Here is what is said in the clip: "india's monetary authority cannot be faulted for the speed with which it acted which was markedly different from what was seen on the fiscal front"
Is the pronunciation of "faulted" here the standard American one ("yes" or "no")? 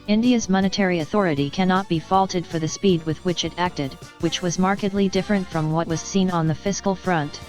yes